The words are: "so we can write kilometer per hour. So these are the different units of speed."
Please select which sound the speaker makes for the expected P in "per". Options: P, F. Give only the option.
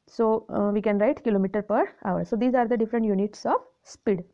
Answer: P